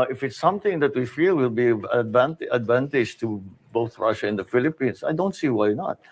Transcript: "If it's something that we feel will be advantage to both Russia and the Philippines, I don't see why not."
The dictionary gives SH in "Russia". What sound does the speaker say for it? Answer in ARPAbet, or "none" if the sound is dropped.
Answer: SH